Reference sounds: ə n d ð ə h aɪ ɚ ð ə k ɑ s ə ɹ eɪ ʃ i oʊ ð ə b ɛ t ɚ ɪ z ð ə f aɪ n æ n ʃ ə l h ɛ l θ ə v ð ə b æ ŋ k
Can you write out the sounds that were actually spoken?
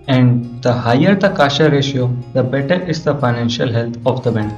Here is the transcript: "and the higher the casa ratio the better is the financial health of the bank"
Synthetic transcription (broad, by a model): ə n d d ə h aɪ ɚ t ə k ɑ ʃ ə ɹ eɪ ʃ i oʊ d ə b ɛ t ɚ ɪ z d ə f aɪ n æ n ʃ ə l h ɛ l t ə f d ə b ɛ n